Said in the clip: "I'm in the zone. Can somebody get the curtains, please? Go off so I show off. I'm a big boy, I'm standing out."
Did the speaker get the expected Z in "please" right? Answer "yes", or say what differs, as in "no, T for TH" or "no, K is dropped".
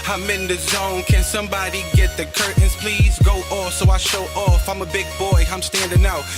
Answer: yes